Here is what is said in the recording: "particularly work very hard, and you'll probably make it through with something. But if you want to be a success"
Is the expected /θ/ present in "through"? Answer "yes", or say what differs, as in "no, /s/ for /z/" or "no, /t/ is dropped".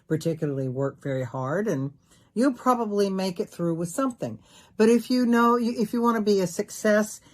yes